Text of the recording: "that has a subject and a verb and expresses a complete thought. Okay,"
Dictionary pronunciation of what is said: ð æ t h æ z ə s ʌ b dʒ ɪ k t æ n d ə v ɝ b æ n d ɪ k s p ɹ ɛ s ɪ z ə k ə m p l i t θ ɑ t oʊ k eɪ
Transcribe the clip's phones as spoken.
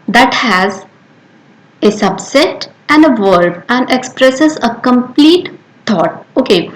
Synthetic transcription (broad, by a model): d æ t h æ z ə s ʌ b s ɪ t æ n d ə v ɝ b æ n d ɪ k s p ɹ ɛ s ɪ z ə k ə m p l i t t ɑ t oʊ k eɪ